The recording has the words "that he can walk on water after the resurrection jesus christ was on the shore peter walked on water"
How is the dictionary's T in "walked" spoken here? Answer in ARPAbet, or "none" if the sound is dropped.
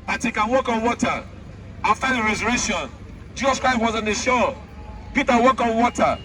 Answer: none